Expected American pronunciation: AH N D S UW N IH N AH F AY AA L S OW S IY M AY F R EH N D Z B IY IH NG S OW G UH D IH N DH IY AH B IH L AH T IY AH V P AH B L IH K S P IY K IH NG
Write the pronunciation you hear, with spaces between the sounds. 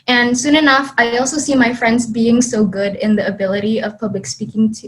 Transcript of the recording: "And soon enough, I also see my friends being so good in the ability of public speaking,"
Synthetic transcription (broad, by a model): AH N S UW N IH N AH F AY AA L S OW S IY M AY F R EH N D Z B IY IH NG S OW G UH D IH N DH IY AH B IH L AH T IY AH V P AH B L IH K S P IY K IH NG